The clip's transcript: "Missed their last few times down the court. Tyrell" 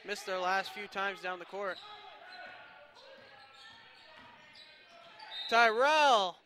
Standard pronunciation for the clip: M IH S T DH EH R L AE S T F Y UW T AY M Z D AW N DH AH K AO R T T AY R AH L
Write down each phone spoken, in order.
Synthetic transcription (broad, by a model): M IH S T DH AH R L AE S T F Y UW T AY M Z D AW N DH AH K AO R T T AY R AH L